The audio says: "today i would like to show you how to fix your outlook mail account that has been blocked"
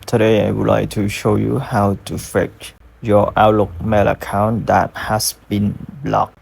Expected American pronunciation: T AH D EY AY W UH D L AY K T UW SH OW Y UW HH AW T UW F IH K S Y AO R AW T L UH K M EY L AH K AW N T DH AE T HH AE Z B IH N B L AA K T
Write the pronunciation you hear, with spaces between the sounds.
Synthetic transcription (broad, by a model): T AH D EY AY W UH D L AY K T UW SH OW Y UW HH AW T UW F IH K Y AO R AW T L UH K M EY L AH K AW N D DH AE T HH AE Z B IH N B L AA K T